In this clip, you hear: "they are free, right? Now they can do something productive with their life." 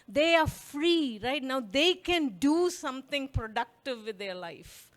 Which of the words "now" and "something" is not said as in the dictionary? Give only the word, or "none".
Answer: something